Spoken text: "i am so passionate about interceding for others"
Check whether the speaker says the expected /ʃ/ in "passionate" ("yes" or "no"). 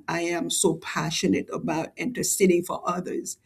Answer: yes